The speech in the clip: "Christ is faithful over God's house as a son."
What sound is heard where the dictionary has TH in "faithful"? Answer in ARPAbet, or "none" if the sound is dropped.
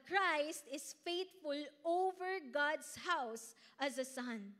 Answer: T